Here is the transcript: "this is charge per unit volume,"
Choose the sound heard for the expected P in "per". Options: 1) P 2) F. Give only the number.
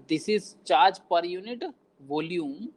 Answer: 1